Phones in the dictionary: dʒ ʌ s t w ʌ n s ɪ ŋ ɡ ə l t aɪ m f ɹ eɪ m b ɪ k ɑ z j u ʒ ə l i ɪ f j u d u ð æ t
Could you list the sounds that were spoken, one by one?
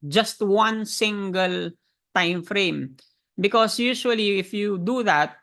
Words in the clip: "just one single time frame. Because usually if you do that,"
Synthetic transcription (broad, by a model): dʒ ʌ s t w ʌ n s ɪ ŋ ɡ ə l t aɪ m f ɹ eɪ m b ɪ k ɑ s j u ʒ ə l i ɪ f j u d u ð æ t